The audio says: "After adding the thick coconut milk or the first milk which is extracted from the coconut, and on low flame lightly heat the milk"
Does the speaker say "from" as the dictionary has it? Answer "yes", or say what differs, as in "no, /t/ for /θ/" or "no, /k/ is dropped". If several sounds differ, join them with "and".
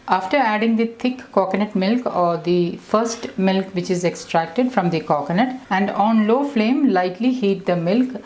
yes